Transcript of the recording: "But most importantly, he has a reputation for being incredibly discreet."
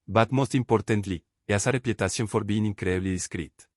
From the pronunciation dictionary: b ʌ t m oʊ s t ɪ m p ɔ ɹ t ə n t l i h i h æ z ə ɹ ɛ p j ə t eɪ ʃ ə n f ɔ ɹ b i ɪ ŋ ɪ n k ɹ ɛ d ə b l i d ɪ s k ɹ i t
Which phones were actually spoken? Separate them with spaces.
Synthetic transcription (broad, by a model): b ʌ t m oʊ s t ɪ m p ɔ ɹ t ə n t l i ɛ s ə ɹ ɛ p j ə t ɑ s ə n f ɔ ɹ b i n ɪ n k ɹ d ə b l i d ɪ s k ɹ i t